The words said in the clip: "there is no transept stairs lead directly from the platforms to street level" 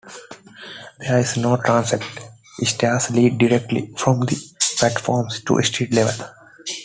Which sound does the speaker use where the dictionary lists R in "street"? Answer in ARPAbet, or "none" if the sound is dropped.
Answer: none